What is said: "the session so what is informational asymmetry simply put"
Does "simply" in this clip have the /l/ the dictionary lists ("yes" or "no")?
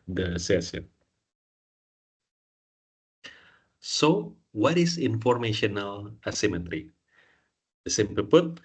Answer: no